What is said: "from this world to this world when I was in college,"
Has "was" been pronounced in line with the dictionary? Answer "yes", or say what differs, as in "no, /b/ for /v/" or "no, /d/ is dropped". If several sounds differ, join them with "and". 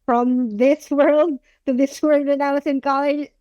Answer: no, /s/ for /z/